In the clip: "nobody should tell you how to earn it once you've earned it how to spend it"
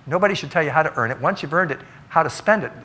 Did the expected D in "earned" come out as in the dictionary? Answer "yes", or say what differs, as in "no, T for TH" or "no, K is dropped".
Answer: yes